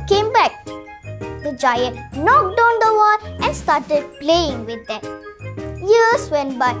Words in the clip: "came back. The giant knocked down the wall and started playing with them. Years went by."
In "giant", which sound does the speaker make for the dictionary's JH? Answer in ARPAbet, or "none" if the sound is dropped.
JH